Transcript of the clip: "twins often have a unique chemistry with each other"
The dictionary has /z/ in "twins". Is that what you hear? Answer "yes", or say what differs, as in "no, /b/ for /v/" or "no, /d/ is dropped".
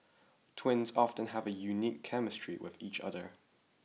yes